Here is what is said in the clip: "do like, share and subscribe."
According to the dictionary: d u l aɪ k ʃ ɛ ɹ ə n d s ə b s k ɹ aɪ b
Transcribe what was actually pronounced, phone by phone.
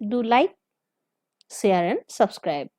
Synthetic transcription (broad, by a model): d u l aɪ k s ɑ ɹ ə n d s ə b s k ɹ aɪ b